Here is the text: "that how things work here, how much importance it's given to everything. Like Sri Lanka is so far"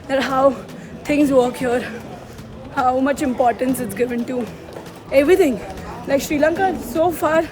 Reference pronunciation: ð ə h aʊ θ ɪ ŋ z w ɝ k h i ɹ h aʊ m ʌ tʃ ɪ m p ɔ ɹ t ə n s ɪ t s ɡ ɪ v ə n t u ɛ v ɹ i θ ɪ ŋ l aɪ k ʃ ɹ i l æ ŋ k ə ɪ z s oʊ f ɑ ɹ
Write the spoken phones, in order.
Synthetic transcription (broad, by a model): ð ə h aʊ t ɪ ŋ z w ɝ k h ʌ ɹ h aʊ m ʌ tʃ ɪ m p ɔ ɹ t ə n s ɪ t s ɡ ɪ v ə n t u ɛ v ɹ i t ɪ ŋ l aɪ k ʃ ɹ i l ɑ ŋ k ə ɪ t s oʊ f ɑ ɹ